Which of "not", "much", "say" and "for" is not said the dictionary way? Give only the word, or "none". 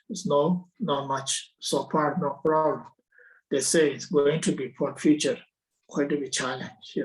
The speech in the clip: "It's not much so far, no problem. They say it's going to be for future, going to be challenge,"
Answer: for